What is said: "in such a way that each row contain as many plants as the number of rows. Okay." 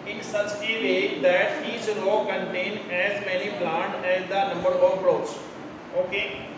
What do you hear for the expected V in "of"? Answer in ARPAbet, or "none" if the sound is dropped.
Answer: P